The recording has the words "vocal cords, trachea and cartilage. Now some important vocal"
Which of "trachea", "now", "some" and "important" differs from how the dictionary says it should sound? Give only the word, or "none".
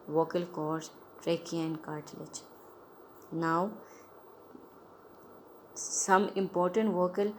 none